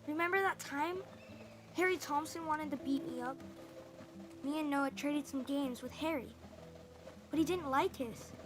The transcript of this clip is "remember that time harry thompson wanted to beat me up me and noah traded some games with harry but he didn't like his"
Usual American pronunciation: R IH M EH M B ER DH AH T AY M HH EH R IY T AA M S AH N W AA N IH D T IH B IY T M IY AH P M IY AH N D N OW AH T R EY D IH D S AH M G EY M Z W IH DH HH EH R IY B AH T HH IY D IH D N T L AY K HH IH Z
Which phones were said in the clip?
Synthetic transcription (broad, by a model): R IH M EH M B ER DH AH T AY M HH EH R IY T AA M S AH N W AA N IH D T IH B IY T M IY AH P M IY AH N N OW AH T R EY D IH D S AH M G EY M Z W IH DH HH EH R IY B AH T HH IY D IH D N T L AY K HH IH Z